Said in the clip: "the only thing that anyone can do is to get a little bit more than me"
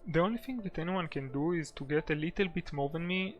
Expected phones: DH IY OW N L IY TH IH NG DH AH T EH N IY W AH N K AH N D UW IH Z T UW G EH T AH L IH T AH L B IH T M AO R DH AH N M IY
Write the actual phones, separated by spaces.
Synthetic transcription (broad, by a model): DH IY OW N L IY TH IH NG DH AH T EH N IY W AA N K AH N D UW IH Z T UW G EH T AH L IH T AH L B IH T M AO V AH N M IY